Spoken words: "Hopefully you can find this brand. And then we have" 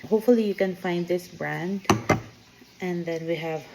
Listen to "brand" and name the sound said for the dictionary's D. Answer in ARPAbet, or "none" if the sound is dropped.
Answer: D